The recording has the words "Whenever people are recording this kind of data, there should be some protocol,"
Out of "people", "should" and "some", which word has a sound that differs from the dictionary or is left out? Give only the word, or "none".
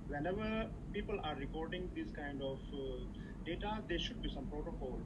none